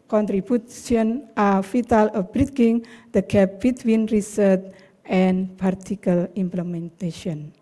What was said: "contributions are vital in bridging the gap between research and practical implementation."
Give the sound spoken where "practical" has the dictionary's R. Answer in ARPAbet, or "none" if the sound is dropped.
none